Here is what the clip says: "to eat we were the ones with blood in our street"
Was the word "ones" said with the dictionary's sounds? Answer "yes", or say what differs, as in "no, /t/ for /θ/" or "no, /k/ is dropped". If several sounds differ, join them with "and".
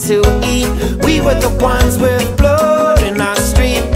yes